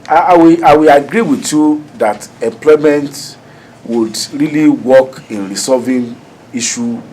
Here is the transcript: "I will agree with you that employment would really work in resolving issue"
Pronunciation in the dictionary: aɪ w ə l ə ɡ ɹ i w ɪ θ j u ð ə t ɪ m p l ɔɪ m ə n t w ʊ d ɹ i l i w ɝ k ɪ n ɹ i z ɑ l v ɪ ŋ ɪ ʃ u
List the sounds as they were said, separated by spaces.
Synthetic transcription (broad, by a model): aɪ w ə ə ɡ ɹ i w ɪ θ j u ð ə t ɪ m p l ɔɪ m ə n t w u d ɹ i l i w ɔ k ɪ n ɹ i s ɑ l v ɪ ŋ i ʃ u